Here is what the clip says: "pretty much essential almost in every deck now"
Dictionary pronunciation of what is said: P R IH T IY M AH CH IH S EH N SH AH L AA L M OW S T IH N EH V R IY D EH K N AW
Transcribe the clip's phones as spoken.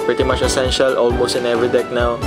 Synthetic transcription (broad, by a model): P R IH T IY M AH CH IH S EH N SH AH L AA L M OW S T IH N EH V R IY D EH K N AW